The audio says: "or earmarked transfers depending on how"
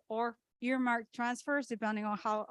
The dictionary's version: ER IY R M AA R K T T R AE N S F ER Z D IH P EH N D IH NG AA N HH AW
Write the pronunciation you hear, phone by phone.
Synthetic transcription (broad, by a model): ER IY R M AA R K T T R AE N S F ER Z D IH P EH N D IH NG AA N HH AW